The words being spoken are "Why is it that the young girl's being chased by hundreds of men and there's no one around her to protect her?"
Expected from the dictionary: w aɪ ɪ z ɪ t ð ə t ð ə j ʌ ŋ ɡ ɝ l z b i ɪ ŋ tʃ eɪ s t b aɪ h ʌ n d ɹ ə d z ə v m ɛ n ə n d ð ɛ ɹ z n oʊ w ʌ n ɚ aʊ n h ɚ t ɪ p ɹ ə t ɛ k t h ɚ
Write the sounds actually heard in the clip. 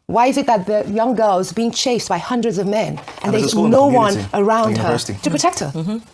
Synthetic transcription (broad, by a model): w aɪ ɪ z ɪ t ð ə t ð ə j ʌ ŋ ɡ ɝ l z b i ɪ ŋ tʃ eɪ s b aɪ h ʌ n d ɹ ə d z ə v m ɛ n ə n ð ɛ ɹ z n oʊ w ʌ n ɚ aʊ n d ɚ t ɪ p ɹ ə t ɛ k t h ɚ